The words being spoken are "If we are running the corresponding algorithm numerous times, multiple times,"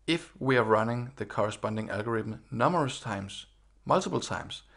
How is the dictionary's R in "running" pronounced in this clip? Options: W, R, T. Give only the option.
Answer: R